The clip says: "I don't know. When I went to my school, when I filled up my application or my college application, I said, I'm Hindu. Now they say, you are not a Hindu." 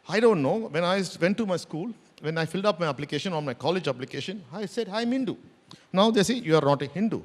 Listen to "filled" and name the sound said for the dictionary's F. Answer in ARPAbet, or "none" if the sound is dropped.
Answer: F